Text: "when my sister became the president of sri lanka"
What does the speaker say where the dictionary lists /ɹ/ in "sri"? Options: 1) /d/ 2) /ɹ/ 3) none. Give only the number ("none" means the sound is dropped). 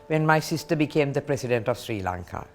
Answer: 2